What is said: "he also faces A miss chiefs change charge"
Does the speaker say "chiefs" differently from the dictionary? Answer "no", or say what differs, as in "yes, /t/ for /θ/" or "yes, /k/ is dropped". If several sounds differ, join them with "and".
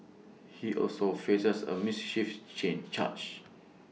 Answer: yes, /ʃ/ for /tʃ/ and /s/ is dropped